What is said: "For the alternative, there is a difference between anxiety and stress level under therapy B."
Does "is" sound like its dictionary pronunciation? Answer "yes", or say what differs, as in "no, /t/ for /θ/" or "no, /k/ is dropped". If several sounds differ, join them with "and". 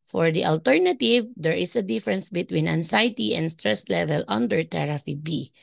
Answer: no, /s/ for /z/